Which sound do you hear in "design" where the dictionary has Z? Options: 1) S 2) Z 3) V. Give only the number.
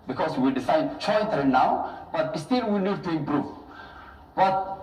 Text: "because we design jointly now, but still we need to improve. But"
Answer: 1